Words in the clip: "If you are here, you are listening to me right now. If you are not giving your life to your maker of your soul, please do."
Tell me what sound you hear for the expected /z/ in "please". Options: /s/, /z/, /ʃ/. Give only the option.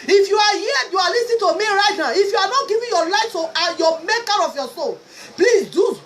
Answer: /s/